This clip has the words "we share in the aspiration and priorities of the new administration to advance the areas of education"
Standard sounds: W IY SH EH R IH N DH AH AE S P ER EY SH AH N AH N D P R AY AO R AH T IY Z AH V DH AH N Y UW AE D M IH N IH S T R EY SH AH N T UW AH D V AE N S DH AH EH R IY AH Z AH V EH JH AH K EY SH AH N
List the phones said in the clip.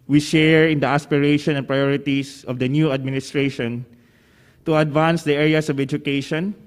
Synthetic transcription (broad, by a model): W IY SH EH R IH N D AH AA S P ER EY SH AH N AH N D P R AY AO R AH T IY S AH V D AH N Y UW AE D M IH N IH S T R EY SH AH N T UW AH D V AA N S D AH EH R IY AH S AH V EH JH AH K EY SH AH N